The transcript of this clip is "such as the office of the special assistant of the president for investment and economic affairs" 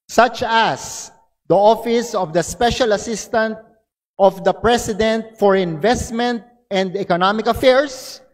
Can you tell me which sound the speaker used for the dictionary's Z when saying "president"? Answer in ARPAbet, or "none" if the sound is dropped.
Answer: S